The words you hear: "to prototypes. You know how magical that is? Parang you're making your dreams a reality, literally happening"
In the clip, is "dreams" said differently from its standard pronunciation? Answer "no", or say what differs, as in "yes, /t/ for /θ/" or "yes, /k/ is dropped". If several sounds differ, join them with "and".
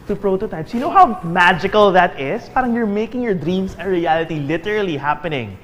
yes, /s/ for /z/